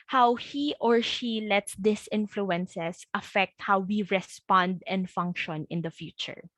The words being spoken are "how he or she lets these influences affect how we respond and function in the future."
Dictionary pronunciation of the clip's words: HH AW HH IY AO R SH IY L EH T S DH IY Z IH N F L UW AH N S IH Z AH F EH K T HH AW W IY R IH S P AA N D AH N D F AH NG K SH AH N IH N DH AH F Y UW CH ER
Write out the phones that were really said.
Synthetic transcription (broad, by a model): HH AW HH IY AO R SH IY L EH T S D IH S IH N F L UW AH N S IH S AH F EH K T HH AW W IY R IH S P AA N D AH N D F AH NG K SH AH N IH N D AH F Y UW CH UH